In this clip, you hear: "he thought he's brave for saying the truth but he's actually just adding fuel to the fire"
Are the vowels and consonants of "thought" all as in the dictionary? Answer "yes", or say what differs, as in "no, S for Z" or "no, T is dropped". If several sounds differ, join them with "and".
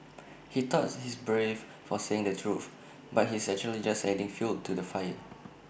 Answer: no, T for TH